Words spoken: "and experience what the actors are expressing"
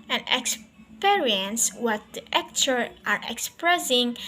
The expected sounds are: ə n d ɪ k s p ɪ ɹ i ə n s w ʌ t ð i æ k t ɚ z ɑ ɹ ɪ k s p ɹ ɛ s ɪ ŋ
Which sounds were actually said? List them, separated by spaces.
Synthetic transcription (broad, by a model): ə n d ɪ k s p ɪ ɹ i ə n s w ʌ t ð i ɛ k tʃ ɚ ɑ ɹ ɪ k s p ɹ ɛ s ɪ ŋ